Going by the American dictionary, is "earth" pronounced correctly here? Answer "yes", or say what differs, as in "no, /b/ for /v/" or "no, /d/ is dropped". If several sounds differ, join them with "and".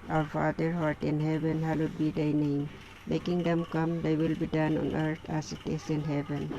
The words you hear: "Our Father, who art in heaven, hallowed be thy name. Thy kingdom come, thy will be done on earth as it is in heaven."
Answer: no, /t/ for /θ/